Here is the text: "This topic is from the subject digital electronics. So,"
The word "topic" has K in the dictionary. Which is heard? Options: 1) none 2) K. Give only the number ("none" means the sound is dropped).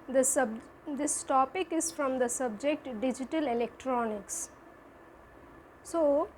2